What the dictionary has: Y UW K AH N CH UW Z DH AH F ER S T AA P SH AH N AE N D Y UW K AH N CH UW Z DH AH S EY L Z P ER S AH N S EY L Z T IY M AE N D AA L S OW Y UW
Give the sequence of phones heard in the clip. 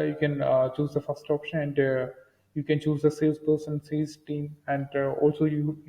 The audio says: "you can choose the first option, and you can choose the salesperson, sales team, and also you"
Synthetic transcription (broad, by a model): Y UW K AH N CH UW Z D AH F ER S T AA P SH AH N AE N D Y UW K AH N CH UW Z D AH S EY Z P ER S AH N S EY Z T IY M AE N D AA L S OW Y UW